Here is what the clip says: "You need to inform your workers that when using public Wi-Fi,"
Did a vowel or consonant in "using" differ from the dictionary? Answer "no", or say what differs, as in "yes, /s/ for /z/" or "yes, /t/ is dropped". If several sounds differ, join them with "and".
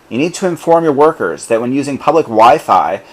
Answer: no